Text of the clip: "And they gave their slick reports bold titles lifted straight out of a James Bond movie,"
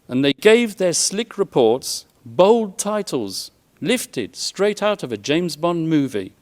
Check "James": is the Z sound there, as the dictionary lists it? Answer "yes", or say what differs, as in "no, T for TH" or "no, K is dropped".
yes